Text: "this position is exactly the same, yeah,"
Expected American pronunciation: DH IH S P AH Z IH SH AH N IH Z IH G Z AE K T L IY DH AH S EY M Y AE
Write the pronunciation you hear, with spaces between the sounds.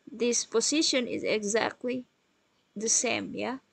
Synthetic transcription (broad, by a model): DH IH S P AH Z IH SH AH N IH Z IH G Z AE K T L IY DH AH S EY M Y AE